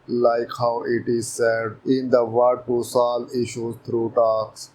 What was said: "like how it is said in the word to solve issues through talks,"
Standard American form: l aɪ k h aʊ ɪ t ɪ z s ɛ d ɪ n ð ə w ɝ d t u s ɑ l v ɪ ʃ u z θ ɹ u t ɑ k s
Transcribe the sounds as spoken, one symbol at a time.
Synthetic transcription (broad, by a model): l aɪ k h aʊ ɪ t ɪ z s ɛ d ɪ n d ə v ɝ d t u s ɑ l ɪ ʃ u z t ɹ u t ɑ k s